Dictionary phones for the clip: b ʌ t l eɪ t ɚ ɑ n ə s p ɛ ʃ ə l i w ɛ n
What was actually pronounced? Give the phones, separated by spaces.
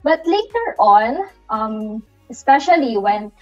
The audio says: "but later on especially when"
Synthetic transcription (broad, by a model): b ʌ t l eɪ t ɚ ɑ l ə s p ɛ ʃ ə l i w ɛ n